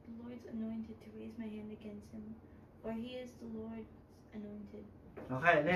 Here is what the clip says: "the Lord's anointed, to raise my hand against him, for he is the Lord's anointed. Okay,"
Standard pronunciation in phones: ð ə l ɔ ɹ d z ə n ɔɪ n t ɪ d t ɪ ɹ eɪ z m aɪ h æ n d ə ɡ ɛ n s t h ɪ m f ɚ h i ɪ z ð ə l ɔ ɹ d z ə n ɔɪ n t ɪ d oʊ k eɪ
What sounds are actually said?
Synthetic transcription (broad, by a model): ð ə l ɔ ɹ d z ə n ɔɪ n t ɪ d t ɪ ɹ eɪ z m aɪ h æ n d ə ɡ ɛ n s t h ɪ m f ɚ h i ɪ z ð ə l ɔ ɹ d z ə n ɔɪ n t ɪ d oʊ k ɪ